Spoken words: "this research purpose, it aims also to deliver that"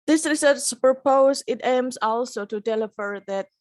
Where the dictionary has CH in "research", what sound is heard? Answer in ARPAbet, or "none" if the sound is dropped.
S